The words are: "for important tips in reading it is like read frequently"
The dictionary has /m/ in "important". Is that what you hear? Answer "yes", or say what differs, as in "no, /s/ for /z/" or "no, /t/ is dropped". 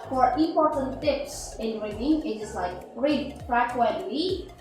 no, /m/ is dropped